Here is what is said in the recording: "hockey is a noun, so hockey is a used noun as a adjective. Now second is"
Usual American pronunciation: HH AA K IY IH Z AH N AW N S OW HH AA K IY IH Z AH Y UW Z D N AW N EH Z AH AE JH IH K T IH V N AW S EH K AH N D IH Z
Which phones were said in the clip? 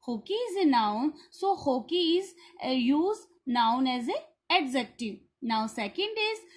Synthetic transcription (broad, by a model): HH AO K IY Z AH N AW N S OW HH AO K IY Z Y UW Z N AW N EH Z AH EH Z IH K T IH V N AW S EH K AH N D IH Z